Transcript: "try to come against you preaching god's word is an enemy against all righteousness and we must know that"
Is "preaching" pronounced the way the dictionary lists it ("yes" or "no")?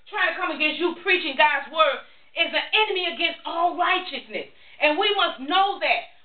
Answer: yes